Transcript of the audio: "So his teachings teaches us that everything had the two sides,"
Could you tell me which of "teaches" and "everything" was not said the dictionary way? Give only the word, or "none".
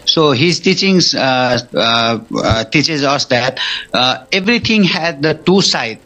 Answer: everything